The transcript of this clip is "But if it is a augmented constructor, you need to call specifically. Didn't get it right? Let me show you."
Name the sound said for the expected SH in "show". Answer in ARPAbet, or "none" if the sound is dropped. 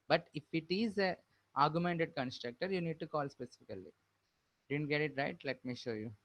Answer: SH